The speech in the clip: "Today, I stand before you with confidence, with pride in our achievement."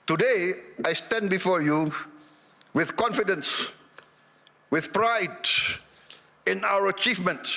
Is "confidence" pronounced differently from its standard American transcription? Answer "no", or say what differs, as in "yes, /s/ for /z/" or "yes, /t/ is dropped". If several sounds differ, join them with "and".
no